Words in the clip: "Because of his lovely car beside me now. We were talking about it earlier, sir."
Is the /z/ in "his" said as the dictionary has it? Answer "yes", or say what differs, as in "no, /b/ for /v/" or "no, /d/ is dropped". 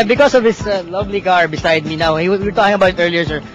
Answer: no, /s/ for /z/